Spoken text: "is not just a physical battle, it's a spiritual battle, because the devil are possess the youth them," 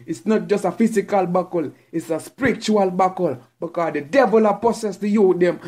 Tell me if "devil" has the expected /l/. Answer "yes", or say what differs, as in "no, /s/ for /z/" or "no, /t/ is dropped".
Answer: yes